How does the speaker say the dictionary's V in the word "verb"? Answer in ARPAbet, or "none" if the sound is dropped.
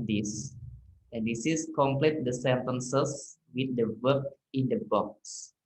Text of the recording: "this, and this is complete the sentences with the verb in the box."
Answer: W